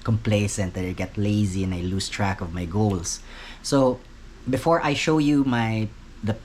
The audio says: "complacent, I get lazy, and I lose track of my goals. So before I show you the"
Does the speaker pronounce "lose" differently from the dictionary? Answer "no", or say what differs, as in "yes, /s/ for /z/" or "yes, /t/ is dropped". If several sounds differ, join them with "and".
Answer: yes, /s/ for /z/